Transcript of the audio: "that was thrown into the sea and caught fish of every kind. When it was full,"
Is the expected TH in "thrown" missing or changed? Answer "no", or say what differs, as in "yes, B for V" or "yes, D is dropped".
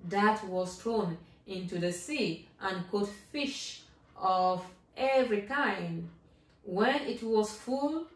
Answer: yes, T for TH